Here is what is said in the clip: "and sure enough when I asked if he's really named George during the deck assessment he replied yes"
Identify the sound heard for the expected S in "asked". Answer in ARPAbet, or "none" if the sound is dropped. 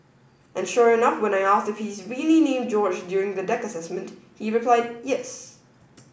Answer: S